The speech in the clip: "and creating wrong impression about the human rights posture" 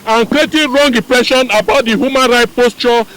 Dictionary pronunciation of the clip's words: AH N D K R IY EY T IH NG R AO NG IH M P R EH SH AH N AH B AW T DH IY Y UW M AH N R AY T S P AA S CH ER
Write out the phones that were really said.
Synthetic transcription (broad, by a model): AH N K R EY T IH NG R AO NG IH P R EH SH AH N AH B AW T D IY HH UW M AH N R AY T P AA S CH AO